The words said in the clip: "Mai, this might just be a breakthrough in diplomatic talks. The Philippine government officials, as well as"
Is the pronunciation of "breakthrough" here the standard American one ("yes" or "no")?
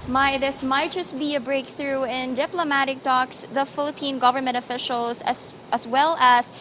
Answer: yes